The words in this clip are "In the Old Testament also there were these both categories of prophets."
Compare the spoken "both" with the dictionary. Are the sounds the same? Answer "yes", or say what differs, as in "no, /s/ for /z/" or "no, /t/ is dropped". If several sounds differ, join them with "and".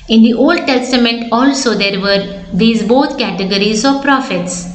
no, /t/ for /θ/